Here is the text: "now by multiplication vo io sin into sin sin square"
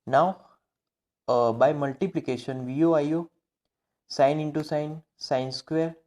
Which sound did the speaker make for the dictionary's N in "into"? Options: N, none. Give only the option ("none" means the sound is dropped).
N